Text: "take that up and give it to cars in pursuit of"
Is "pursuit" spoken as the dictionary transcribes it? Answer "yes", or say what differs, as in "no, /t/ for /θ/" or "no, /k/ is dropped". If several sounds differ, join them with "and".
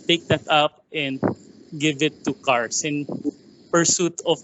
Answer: yes